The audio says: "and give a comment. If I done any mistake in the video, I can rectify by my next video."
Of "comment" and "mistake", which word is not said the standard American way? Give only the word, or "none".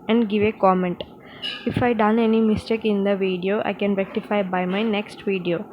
none